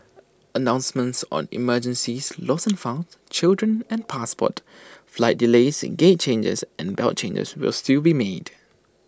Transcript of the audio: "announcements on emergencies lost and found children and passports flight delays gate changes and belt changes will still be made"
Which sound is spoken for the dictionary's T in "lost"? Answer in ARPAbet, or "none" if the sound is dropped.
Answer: none